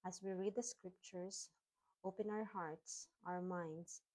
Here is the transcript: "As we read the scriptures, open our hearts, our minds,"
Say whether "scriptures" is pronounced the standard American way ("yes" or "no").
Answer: no